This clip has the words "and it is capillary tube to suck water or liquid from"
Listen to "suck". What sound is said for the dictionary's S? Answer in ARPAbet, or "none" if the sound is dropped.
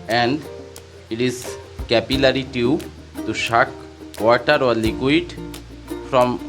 SH